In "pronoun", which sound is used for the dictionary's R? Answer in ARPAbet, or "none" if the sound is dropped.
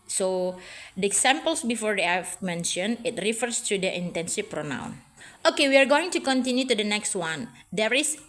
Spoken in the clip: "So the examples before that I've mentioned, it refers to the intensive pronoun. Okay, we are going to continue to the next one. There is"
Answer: R